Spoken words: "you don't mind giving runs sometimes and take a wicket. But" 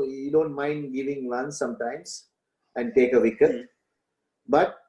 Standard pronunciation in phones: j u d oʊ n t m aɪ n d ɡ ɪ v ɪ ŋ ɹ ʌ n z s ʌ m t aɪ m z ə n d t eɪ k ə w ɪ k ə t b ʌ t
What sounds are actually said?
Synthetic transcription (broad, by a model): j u d oʊ n t m aɪ n d ɡ ɪ v ɪ ŋ l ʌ n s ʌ m t aɪ m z ə n d t eɪ k ə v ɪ k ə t b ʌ t